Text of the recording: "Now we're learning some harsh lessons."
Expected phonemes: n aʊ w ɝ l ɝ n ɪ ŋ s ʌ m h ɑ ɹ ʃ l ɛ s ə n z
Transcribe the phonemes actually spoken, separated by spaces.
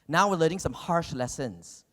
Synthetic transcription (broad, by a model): n aʊ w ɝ l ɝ ɪ ŋ s ʌ m h ɑ ɹ ʃ l ɛ s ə n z